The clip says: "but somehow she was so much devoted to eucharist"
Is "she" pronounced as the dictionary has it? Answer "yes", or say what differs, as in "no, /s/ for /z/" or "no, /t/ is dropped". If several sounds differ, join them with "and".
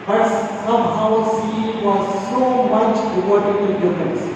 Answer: no, /s/ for /ʃ/